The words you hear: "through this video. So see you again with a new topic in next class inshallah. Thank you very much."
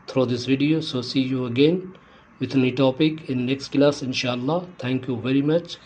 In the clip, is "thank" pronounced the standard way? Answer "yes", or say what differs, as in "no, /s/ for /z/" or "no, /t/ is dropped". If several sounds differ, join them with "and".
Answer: no, /t/ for /θ/